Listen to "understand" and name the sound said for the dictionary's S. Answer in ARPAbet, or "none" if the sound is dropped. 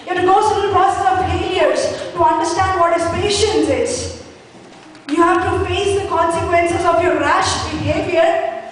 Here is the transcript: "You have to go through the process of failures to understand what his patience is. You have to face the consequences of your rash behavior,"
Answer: S